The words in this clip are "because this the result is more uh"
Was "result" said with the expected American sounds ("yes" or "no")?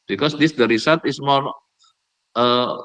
no